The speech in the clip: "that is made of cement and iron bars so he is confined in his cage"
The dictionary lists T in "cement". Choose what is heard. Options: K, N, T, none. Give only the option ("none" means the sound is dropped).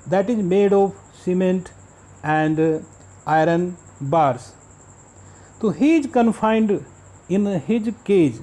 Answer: T